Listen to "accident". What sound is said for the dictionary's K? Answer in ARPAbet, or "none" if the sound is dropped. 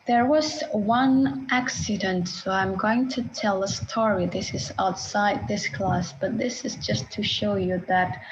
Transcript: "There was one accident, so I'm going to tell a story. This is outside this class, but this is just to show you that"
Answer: K